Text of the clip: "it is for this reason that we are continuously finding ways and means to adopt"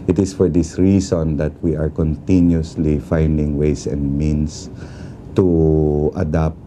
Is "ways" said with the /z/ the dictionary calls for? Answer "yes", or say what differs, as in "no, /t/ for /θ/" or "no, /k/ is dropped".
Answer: no, /s/ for /z/